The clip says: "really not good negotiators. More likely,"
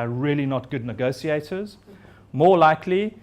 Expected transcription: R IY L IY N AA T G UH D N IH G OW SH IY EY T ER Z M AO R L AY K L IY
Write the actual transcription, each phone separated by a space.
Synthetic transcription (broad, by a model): R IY L IY N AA T G UH D N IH G OW S IY EY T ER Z M AO L AY K L IY